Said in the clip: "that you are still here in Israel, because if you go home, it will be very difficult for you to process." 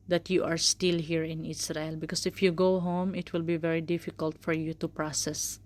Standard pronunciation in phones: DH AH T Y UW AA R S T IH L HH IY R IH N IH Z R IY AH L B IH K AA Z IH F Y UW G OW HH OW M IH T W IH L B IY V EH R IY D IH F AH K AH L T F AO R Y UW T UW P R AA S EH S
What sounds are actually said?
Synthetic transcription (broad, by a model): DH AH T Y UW AA R S T IH L HH IY R IH N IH S R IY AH L B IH K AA S IH F Y UW G OW HH OW M IH T W IH L B IY V EH R IY D IH F AH K AH L T F AO R Y UW T UW P R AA S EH S